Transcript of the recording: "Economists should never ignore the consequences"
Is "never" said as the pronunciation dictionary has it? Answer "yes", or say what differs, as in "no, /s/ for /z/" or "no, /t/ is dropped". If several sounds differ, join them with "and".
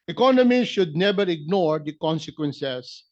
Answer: no, /b/ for /v/